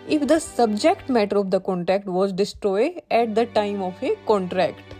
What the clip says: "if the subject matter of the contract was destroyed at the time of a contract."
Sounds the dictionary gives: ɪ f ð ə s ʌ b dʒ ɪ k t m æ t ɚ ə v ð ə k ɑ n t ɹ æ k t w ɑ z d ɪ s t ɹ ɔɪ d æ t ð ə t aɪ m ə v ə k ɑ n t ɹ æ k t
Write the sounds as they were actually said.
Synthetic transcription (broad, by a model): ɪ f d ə s ʌ b dʒ ɪ k t m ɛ t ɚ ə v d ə k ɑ n t ɹ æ k t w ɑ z d ɪ s t ɹ ɔɪ d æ t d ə t aɪ m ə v ə k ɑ n t ɹ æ k t